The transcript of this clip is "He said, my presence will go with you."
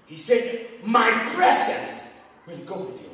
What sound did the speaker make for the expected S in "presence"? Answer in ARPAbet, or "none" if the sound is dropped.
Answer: S